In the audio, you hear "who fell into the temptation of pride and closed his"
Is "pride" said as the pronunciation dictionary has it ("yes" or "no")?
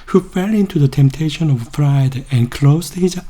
no